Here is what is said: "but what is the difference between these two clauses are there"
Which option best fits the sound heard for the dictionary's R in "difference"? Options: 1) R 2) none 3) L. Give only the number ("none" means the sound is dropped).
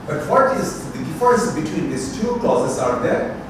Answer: 2